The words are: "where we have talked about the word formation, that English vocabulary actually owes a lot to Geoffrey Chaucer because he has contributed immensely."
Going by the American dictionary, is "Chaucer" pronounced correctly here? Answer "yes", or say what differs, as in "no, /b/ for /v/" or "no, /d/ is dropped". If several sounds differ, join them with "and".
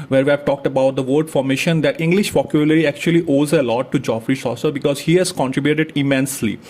no, /s/ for /tʃ/